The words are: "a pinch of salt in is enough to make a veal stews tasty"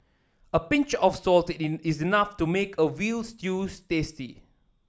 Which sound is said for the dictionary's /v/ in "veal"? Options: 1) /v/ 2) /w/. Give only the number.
2